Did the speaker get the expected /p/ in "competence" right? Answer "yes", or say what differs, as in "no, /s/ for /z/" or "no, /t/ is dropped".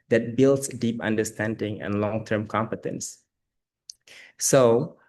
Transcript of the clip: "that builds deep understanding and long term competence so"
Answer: yes